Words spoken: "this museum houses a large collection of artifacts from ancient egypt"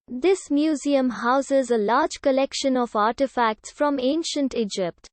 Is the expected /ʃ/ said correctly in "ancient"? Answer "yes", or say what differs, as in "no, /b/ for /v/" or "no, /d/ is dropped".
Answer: yes